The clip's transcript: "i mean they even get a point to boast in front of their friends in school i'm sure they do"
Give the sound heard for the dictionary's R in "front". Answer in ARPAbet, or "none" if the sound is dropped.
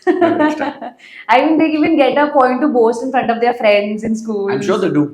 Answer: R